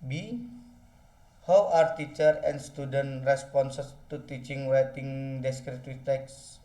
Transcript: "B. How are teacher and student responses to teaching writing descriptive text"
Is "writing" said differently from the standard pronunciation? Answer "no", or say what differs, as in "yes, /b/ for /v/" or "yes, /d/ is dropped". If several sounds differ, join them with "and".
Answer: yes, /w/ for /ɹ/